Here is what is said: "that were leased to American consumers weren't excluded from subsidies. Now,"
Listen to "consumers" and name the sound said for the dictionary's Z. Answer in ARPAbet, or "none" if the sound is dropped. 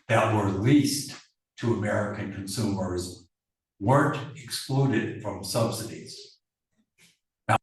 Z